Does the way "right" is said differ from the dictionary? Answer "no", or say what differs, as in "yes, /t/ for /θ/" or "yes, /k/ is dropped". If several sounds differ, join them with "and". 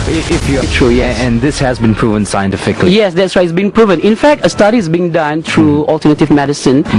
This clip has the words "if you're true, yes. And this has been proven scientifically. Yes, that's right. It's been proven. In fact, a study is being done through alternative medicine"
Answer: yes, /t/ is dropped